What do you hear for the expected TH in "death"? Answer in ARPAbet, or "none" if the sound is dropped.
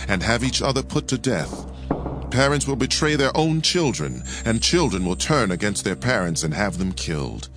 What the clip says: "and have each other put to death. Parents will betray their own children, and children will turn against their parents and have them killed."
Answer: TH